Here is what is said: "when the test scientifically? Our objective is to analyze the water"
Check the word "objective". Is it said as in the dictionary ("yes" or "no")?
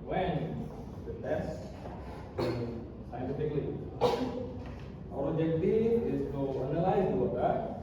no